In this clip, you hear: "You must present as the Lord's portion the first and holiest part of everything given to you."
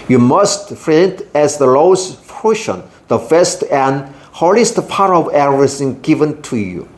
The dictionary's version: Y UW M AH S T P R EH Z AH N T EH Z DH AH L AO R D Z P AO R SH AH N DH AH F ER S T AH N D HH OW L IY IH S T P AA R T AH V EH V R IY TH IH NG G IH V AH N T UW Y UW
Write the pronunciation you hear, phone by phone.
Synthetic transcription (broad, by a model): Y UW M AH S T F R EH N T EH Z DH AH L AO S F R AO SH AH N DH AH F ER S T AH N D HH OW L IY S T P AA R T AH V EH R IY S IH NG G IH V AH N T UW Y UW